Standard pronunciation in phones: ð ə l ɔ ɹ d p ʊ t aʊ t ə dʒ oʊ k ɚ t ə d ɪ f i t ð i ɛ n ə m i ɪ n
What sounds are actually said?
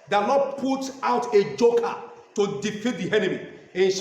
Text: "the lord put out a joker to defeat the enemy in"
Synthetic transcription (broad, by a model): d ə n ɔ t p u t aʊ t ə dʒ oʊ k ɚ t ə d ɪ f i t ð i ɛ n ə m i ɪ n